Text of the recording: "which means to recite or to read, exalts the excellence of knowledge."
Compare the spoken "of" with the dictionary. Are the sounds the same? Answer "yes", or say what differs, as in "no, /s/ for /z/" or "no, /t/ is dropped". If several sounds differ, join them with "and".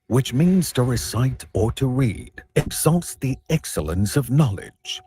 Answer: yes